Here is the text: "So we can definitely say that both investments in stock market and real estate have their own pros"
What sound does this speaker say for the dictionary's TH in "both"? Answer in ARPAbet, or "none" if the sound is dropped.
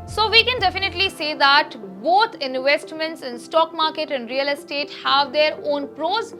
T